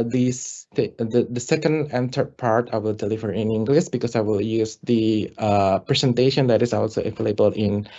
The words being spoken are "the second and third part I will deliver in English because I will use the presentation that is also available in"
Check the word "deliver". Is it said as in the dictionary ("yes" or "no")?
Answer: no